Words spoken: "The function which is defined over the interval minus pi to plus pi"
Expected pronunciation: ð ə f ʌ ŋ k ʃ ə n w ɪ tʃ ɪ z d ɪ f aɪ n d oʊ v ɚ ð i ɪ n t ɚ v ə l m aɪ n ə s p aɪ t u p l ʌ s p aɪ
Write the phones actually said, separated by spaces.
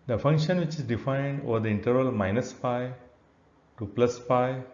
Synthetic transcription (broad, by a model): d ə f ʌ ŋ k ʃ ə n w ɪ tʃ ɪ s d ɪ f aɪ n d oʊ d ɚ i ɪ n t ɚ ə l m aɪ n ə s p aɪ t u p l ʌ s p aɪ